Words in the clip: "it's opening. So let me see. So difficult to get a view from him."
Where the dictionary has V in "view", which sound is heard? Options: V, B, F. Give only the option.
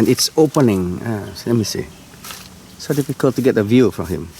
V